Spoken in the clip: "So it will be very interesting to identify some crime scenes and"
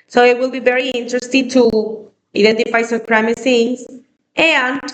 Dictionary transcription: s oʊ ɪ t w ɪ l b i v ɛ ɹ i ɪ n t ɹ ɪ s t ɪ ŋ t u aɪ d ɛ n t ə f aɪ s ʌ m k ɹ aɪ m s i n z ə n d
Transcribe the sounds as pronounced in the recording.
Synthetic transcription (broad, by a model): s oʊ ɪ t w ɪ l b i v ɛ ɹ i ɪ n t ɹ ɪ s t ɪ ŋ t u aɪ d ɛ n t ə f aɪ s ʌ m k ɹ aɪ m θ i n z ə n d